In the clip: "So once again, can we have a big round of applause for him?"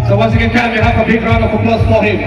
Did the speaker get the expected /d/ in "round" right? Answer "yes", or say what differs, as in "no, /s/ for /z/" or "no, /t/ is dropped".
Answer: no, /d/ is dropped